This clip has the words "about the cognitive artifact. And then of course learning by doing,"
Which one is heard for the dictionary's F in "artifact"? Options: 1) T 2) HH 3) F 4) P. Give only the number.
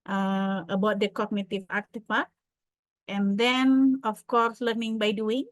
4